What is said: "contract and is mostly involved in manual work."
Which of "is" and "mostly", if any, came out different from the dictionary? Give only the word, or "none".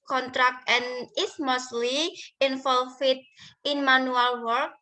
is